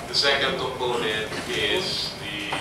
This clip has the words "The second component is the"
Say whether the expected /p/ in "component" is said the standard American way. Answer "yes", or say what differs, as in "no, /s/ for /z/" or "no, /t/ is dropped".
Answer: no, /p/ is dropped